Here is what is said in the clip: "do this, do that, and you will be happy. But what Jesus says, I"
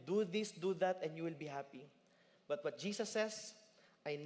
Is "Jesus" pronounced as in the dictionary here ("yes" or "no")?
no